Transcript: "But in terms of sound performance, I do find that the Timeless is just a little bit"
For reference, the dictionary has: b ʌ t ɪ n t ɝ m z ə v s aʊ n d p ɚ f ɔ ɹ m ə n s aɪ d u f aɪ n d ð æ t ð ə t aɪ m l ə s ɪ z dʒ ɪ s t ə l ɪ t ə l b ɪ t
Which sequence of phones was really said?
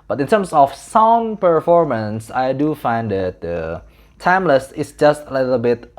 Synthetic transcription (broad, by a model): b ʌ t ɪ n t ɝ m s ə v s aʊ n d p ɚ f ɔ ɹ m ə n s aɪ d u f aɪ n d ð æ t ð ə t aɪ m l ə s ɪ s dʒ ɪ s t ə l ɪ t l b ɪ t